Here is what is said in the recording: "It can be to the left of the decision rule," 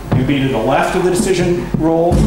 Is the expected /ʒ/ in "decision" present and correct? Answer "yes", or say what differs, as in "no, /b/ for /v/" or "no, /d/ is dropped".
yes